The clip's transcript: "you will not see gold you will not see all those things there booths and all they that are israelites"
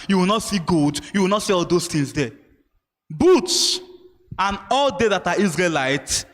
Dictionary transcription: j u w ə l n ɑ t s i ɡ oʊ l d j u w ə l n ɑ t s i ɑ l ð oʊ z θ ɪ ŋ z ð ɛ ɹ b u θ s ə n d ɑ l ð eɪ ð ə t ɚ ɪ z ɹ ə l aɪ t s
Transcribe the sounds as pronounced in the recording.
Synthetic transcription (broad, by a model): j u w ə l n ɑ t s i ɡ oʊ d j u w ə l n ɑ t s i ɑ l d oʊ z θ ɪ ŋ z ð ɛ b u t s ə n ɑ l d eɪ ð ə t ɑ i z ɹ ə l aɪ t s